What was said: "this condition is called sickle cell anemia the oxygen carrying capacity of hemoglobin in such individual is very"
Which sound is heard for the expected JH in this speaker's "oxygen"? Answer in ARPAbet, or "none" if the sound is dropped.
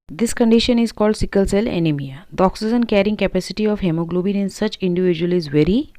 Z